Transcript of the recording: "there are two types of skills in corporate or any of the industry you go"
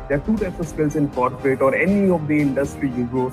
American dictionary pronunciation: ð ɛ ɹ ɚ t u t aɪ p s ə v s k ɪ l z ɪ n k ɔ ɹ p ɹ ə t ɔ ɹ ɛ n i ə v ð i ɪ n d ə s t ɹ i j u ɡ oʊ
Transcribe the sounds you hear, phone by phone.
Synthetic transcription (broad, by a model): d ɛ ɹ t u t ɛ s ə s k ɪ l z ɪ n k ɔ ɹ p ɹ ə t ɔ ɹ ɛ n i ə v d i ɪ n d ə s t ɹ i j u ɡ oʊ